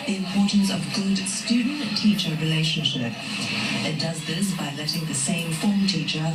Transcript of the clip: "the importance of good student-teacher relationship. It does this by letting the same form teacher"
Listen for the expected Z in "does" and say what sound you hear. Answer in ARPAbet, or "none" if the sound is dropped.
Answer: Z